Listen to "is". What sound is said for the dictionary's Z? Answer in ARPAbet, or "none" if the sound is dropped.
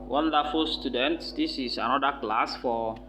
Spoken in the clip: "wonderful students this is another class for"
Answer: S